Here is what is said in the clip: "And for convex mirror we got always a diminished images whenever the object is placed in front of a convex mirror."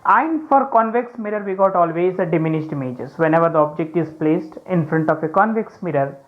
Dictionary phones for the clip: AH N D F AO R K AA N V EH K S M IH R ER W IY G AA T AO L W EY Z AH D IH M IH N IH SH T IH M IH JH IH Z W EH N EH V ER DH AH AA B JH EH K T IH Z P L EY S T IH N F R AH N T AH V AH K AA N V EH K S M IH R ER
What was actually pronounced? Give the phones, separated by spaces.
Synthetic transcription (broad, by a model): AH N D F AO R K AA N V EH K S M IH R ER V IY G AA T AO L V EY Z AH D IH M IH N IH SH T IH M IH JH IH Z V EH N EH V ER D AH AA B JH EH K T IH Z P L EY S T IH N F R AH N T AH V AH K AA N V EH K S M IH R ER